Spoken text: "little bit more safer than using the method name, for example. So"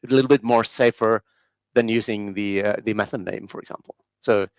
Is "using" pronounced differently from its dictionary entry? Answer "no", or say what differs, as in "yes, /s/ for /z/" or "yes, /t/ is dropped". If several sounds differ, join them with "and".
no